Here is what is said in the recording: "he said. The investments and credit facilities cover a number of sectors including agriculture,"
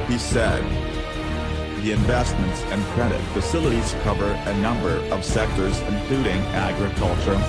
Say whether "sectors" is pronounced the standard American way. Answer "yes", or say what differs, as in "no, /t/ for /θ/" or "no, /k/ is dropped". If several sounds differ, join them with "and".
yes